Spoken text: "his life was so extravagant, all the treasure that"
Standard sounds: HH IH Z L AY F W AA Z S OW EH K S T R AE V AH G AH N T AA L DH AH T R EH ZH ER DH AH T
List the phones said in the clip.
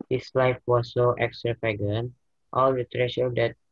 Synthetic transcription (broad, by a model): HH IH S L AY F W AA S OW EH K S T R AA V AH G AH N T AA L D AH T R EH SH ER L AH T